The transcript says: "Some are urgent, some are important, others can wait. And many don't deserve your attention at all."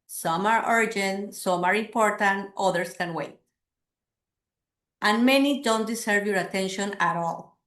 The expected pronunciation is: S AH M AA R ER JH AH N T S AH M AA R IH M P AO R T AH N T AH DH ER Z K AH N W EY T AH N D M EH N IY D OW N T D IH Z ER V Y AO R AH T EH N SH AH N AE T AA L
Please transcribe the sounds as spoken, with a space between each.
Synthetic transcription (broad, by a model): S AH M AA R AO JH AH N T S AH M AA R IH M P AO R T AH N T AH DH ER S K AH N W EY T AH N M EH N IY D OW N T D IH S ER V Y AO R AH T EH N SH AH N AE T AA L